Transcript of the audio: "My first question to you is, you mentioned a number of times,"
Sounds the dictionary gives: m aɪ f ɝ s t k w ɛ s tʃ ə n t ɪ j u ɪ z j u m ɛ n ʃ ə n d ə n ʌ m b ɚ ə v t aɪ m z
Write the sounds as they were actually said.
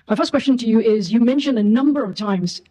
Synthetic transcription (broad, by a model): m aɪ f ɝ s k w ɛ s tʃ ə n t ɪ j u ɪ z j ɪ m ɛ n ʃ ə n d ə n ʌ m b ɚ ə v t aɪ m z